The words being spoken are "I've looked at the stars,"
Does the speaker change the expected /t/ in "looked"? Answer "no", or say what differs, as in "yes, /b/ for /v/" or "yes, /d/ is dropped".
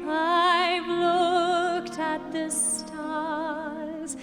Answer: no